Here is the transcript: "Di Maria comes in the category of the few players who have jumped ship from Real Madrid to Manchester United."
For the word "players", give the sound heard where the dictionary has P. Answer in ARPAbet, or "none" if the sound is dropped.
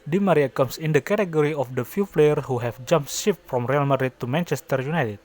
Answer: F